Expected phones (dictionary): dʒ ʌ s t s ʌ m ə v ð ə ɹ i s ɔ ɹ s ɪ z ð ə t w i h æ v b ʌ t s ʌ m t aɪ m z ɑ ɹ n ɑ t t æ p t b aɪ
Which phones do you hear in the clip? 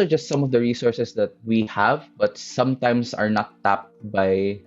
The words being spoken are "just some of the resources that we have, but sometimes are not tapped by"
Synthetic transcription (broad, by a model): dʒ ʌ s t s ʌ m ə v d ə ɹ i s ɔ ɹ s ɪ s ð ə t w i h æ v b ʌ t s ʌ m t aɪ m s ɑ ɹ n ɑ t t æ p t b aɪ